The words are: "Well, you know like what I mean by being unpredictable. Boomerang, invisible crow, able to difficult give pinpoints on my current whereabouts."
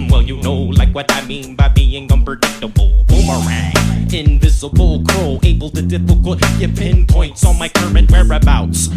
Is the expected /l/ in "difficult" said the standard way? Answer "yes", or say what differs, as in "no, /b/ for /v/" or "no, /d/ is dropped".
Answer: no, /l/ is dropped